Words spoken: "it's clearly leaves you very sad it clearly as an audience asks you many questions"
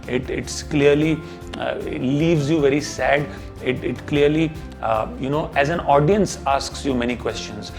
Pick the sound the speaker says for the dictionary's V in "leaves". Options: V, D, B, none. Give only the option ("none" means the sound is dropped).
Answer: V